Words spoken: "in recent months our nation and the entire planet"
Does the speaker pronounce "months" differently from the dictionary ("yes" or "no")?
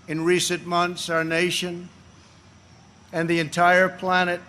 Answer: no